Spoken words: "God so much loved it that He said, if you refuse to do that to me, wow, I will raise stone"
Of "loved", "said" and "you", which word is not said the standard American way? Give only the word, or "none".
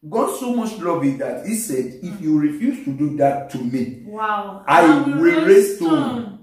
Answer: loved